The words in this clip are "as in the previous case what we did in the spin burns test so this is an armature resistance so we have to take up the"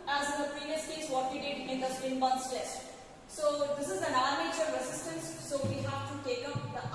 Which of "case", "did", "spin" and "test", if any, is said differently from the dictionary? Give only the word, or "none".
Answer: spin